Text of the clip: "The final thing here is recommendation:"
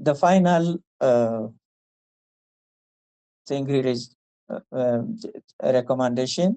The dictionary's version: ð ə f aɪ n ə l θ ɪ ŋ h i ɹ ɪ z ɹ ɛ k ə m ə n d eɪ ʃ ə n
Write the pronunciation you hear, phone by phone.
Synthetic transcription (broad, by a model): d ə f aɪ n ə l s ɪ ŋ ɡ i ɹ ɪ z ɹ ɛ k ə m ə n d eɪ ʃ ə n